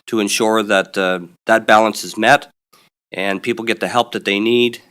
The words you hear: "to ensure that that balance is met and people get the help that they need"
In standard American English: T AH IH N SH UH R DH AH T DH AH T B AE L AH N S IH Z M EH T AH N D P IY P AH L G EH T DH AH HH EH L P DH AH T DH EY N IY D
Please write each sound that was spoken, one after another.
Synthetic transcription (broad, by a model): T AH IH N SH UH R DH AH T DH AH T B AE L AH N S IH Z M EH T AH N P IY P L G EH T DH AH HH EH L P DH AH T DH EY N IY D